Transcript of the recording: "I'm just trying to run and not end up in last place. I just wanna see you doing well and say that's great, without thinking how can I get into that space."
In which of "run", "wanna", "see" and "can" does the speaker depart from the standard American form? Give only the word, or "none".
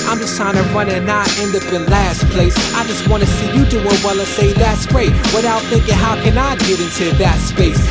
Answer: none